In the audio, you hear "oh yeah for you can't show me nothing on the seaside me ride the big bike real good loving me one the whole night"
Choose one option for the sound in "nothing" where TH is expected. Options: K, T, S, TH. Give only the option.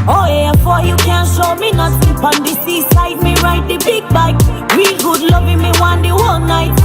S